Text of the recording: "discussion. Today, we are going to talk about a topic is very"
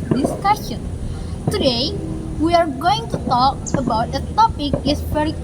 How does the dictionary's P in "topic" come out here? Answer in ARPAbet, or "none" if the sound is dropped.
P